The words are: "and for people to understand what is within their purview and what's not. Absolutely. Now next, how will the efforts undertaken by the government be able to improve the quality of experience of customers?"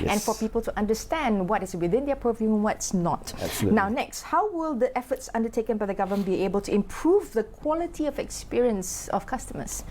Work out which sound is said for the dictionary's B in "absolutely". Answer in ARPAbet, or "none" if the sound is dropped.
none